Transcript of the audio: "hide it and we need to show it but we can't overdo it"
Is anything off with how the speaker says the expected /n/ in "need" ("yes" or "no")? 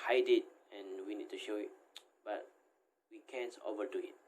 no